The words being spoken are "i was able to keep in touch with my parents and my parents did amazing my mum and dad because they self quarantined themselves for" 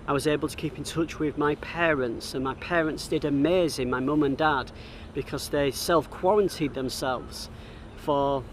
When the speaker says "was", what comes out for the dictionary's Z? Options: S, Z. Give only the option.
Z